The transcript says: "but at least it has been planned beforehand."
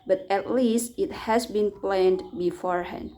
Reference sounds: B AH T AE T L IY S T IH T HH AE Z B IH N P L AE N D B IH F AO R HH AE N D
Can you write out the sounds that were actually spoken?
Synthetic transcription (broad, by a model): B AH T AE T L IY S T IH T HH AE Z B IH N P L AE N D B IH F AO R HH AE N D